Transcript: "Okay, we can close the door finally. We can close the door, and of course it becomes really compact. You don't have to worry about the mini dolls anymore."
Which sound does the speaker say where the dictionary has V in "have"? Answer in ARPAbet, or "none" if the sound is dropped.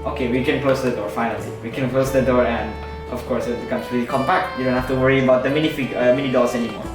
F